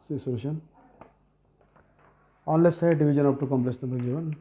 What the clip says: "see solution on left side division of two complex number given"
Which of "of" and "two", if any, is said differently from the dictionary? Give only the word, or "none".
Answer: of